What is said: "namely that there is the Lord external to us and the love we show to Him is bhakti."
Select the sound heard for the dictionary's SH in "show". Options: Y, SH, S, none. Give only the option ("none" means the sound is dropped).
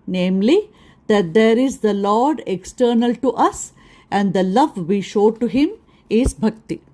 SH